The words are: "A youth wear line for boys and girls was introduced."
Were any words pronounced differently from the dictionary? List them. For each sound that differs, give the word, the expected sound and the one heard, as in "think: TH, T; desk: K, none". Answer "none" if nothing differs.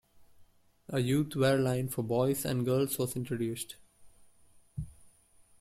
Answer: youth: TH, T